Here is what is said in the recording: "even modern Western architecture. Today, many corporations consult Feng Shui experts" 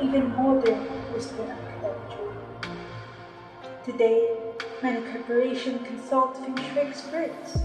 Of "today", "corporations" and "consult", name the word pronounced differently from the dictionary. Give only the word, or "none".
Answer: corporations